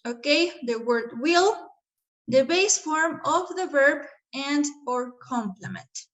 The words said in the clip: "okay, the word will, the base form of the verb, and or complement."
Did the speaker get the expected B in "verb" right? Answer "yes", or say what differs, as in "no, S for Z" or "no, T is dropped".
yes